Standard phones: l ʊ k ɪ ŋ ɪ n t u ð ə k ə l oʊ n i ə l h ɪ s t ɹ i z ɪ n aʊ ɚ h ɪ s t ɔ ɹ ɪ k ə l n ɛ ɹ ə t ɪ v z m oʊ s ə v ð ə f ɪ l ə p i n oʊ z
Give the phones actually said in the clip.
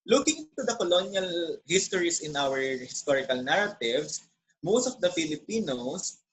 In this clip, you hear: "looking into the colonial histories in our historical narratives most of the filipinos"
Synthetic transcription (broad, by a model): l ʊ k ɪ ŋ ɪ n t u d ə k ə l oʊ n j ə l h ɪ s t ɹ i s ɪ n aʊ ɚ h ɪ s t ɔ ɹ ɪ k ə l n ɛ ɹ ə t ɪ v s m oʊ s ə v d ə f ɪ l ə p i n oʊ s